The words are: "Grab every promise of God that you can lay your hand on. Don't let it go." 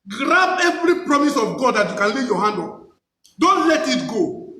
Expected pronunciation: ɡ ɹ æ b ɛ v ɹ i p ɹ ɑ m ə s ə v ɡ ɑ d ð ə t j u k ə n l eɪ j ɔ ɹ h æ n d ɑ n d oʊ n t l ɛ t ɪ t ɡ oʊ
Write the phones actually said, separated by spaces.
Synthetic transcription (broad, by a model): ɡ ɹ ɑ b ɛ v ɹ i p ɹ ɑ m ə s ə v ɡ ɑ d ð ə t j u k ə n l eɪ j ɔ h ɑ n d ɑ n d oʊ n t l ɛ t ɪ t ɡ oʊ